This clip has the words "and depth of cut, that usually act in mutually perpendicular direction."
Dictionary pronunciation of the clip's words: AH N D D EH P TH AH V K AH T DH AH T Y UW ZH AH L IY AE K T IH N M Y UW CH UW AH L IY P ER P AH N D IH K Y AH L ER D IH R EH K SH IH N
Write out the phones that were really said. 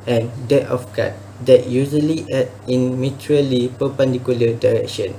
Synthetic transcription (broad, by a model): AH N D D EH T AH F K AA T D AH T Y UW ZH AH L IY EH T IH N M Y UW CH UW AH L IY P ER P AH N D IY K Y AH L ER D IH R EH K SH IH N